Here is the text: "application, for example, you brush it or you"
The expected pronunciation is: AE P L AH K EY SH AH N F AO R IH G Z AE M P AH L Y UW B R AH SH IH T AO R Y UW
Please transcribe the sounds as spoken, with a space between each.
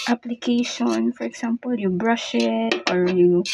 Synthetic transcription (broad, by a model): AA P L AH K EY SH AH N F AO R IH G S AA M P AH L Y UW B R AH SH IH T AO R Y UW